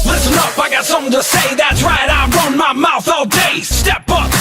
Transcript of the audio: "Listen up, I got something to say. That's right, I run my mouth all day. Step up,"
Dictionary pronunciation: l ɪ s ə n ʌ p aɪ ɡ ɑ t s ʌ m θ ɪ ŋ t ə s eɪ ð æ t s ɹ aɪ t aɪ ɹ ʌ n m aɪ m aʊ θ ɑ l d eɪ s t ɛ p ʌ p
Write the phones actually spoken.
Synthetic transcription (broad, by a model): l ɪ s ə n ʌ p aɪ ɡ ɑ t s ʌ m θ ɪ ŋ t ə s eɪ ð æ t s ɹ aɪ t aɪ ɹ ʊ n m aɪ m aʊ θ ɑ l d eɪ s t ɛ p ʌ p